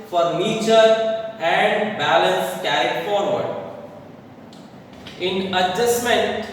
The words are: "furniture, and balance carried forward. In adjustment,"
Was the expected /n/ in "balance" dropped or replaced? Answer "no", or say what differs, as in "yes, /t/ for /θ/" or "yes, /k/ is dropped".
no